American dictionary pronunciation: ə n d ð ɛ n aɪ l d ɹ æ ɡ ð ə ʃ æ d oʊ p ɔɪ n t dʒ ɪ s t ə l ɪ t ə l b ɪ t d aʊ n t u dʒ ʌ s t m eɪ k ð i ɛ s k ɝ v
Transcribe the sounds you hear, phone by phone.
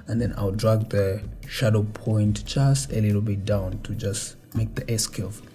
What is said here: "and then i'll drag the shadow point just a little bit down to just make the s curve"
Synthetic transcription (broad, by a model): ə n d ð ɛ n aɪ l d ɹ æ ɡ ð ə ʃ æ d oʊ p ɔɪ n t tʃ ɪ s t ə l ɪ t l b ɪ t d aʊ n t u dʒ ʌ s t m eɪ k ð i ɛ s k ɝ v